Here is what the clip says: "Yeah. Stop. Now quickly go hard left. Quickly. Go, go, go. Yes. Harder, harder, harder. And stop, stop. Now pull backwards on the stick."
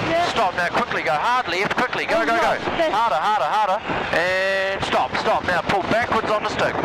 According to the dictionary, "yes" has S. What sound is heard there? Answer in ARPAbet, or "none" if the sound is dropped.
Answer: none